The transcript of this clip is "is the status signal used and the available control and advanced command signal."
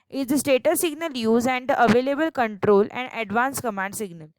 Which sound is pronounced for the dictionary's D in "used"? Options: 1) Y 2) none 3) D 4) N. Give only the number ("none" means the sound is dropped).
2